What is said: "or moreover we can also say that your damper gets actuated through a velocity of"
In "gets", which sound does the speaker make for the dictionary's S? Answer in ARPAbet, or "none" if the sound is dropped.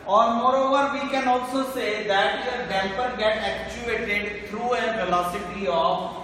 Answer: none